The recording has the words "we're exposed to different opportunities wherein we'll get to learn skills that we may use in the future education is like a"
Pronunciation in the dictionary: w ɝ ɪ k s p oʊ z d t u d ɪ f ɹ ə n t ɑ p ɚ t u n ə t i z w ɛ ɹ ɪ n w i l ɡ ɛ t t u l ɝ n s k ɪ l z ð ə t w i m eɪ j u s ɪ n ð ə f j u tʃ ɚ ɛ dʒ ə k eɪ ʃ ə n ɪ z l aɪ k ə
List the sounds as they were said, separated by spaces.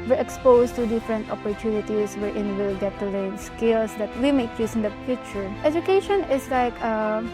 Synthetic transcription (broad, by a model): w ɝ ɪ k s p oʊ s t u d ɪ f ɹ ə n t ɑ p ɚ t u n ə t i s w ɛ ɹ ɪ n w i l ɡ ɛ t t u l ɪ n s k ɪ l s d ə t w i m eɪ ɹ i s ɪ n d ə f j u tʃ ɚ ɛ dʒ ə k eɪ ʃ ə n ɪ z l aɪ k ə